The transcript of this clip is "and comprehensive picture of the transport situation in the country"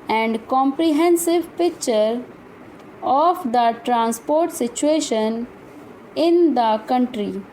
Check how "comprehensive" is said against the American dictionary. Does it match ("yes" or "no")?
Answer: yes